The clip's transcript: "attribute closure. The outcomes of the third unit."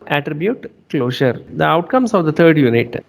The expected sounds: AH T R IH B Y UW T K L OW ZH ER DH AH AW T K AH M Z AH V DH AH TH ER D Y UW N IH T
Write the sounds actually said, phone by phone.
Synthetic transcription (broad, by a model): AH T R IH B Y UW T K L OW SH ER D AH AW T K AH M S AH V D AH T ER D Y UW N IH T